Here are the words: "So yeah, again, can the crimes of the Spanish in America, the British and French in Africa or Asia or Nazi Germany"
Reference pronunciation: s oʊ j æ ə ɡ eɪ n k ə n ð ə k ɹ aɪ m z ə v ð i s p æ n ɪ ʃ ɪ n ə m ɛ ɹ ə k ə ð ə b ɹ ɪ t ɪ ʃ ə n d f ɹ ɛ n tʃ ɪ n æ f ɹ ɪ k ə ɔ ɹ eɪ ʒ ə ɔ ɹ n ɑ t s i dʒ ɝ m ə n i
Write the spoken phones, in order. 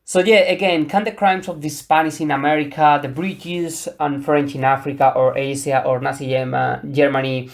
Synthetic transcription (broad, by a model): s oʊ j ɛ ə ɡ eɪ n k ə n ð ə k ɹ aɪ m s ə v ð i s p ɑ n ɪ s ɪ n ə m ɛ ɹ ə k ə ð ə b ɹ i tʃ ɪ s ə n f ɹ ɛ n tʃ ɪ n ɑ f ɹ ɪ k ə ɔ ɹ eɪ s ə ɔ ɹ n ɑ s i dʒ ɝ m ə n i